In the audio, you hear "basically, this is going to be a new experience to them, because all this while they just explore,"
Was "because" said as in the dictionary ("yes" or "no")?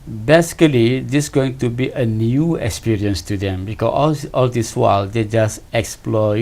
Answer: no